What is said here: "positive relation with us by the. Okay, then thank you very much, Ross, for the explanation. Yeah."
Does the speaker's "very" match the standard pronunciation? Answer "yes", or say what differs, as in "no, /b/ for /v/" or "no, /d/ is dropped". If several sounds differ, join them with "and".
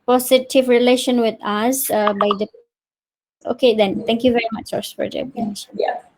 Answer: yes